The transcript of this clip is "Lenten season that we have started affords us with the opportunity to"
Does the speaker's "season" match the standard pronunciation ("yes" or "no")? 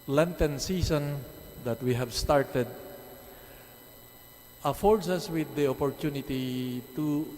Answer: no